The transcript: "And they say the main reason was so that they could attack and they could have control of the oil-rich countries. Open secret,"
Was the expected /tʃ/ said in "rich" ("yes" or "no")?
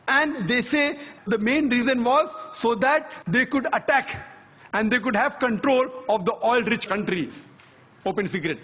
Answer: yes